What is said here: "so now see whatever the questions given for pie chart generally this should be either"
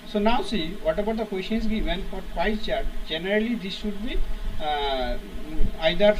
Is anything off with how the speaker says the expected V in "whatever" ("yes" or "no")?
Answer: yes